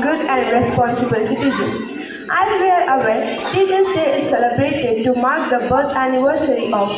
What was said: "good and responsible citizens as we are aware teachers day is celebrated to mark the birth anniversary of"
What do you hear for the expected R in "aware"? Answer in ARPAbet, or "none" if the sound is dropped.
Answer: L